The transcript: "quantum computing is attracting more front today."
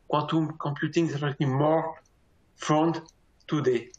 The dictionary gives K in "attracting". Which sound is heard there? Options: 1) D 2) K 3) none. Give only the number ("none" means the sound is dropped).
3